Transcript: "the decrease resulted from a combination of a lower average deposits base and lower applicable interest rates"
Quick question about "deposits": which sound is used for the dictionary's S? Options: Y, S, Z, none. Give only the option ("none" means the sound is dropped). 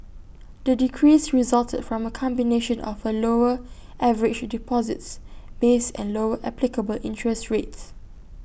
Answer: S